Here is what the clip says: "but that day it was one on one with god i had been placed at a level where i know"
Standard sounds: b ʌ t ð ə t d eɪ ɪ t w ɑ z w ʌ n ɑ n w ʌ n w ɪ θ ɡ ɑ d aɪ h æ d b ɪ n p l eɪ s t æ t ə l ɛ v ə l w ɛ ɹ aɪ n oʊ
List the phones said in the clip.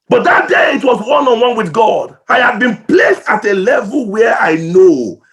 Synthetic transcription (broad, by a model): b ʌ t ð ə t d eɪ ɪ t w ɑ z w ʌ n ɑ n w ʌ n w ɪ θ ɡ ɑ d aɪ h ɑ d b ɪ n p l eɪ s t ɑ t ə l ɛ v ə l w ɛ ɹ aɪ n oʊ